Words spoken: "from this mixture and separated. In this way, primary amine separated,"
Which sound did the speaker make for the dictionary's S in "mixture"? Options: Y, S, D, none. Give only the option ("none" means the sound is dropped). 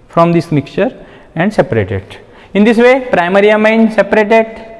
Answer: none